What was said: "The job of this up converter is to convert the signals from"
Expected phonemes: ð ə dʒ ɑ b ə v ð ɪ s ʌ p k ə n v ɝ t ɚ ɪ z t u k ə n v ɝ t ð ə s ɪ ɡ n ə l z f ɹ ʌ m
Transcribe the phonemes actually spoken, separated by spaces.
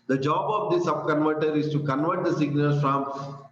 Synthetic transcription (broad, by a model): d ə dʒ ɑ b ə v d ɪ s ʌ b k ə n v ɝ t ɚ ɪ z t u k ə n v ɝ t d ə s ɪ ɡ n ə l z f ɹ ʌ m